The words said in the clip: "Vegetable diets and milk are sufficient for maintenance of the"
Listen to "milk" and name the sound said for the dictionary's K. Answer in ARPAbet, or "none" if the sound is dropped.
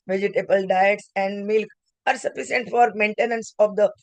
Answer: K